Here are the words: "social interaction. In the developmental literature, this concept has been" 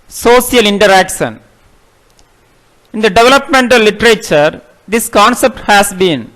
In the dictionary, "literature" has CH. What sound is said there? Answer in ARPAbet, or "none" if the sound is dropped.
CH